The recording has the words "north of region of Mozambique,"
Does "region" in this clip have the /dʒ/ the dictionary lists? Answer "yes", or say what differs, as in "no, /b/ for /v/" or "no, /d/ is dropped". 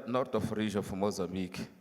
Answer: no, /ʒ/ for /dʒ/